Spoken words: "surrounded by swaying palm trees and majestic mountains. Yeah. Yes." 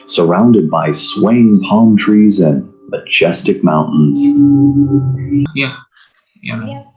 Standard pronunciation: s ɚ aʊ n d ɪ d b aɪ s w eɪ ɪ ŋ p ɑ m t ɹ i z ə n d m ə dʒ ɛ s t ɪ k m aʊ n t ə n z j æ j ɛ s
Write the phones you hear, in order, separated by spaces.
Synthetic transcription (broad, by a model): s ɚ aʊ n d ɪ d b aɪ s w eɪ ɪ ŋ p ɑ m t ɹ i z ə n m ə dʒ ɛ s t ɪ k m aʊ n t n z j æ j